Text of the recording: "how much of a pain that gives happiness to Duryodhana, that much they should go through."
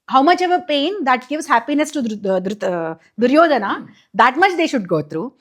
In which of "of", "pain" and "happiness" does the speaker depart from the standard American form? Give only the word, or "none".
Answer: none